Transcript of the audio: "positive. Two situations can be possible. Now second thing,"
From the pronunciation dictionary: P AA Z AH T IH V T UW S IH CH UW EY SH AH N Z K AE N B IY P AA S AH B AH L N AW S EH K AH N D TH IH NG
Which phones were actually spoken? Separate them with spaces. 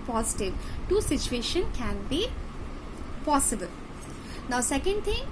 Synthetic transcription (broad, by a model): P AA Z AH T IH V T UW S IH CH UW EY SH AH N K AE N B IY P AA S AH B AH L N AW S EH K AH N D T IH NG